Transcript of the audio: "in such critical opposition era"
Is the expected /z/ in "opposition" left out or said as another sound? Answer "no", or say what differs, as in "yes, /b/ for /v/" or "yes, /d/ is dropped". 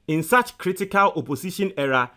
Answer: yes, /s/ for /z/